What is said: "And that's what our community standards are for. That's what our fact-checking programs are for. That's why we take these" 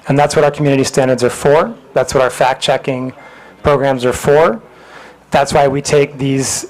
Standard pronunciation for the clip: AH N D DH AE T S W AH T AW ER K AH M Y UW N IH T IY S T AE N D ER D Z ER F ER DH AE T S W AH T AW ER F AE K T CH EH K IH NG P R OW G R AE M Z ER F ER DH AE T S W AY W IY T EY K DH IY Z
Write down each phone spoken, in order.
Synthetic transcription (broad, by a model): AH N DH AE T S W AH T AW ER K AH M Y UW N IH T IY S T AE N D ER D Z ER F ER DH AE T S W AH T AW ER F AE K CH EH K IH NG P R OW G R AE M Z ER F ER DH AE T S W AY W IY T EY K DH IY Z